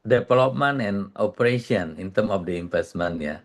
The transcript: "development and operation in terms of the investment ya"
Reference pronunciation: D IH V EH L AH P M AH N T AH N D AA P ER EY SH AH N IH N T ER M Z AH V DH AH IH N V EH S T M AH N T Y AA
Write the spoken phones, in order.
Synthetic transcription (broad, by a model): D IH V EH L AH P M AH N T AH N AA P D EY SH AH N IH N T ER M AH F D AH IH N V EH S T M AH N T Y AA